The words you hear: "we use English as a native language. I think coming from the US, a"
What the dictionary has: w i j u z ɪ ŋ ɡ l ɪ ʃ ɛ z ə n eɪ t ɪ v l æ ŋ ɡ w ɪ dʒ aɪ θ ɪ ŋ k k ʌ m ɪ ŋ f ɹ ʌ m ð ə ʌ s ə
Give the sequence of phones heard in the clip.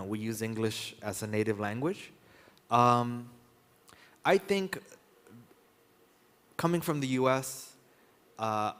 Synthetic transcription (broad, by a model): w i j u z ɪ ŋ ɡ l ɪ ʃ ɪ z ə n eɪ t ɪ v l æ ŋ ɡ w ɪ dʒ aɪ θ ɪ ŋ k k ʌ m ɪ ŋ f ɹ ʌ m ð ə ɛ s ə